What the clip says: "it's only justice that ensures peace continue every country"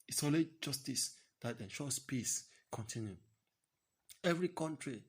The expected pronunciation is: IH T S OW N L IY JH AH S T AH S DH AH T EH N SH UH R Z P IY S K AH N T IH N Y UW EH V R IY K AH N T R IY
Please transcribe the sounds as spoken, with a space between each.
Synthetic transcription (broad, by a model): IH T S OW L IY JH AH S T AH S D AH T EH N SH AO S P IY S K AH N T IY N Y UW EH V R IY K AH N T R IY